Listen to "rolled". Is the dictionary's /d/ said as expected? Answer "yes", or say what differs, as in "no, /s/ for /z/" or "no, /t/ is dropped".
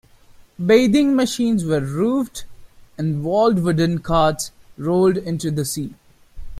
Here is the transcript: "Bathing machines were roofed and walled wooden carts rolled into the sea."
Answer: yes